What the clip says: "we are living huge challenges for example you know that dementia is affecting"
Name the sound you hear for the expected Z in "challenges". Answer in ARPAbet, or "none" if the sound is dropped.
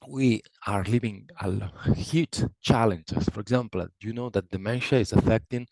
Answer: S